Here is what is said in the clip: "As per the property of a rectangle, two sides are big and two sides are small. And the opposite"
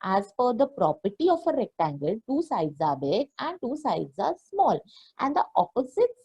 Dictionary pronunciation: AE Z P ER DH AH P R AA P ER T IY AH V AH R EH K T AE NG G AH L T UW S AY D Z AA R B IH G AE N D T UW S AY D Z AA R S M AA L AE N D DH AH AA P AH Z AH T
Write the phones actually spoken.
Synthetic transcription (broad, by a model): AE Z F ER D AH P R AA P ER T IY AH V AH R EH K T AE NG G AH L T UW S AY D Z AA R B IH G AE N D T UW S AY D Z AA R S M AA L AE N D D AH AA P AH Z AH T